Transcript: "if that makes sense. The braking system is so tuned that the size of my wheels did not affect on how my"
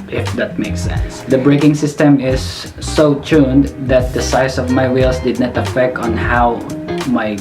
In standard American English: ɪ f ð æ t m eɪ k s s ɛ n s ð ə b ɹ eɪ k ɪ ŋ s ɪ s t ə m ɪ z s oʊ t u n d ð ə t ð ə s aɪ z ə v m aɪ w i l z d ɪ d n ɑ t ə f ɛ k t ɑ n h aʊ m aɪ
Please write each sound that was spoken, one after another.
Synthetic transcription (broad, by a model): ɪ f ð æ t m eɪ k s s ɛ n s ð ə b ɹ eɪ k ɪ ŋ s ɪ s t ə m ɪ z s oʊ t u n d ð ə t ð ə s aɪ s ə v m aɪ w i l s d ɪ d n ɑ t ə f ɛ k t ɑ n h aʊ m aɪ